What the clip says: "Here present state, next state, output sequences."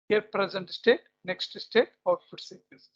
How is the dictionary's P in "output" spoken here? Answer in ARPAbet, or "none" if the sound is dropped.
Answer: F